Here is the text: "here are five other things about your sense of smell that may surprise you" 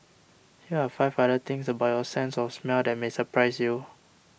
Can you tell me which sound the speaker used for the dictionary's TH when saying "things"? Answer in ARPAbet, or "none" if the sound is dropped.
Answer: T